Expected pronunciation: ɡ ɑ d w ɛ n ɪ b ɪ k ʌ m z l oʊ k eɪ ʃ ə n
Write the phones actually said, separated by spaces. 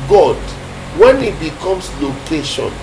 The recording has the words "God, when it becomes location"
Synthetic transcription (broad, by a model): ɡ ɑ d w ɛ n ɪ b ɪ k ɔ m s l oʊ k eɪ ʃ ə n